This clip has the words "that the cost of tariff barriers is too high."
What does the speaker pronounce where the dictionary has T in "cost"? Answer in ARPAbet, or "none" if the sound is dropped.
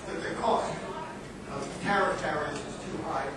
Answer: T